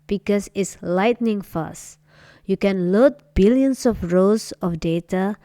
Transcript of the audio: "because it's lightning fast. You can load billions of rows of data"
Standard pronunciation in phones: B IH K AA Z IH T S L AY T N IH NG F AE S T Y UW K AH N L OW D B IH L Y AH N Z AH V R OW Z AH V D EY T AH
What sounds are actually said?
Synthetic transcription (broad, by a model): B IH K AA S IH T S L AY T N IH NG F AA S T Y UW K AH N L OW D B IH L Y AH N S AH F R OW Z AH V D EY T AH